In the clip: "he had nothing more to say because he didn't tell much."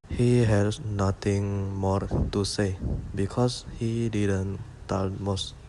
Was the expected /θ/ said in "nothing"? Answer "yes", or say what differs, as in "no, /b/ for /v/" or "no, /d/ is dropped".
no, /t/ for /θ/